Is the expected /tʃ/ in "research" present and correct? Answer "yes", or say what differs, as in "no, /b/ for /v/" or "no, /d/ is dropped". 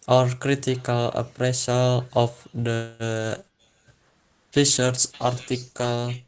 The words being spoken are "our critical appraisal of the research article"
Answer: no, /s/ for /tʃ/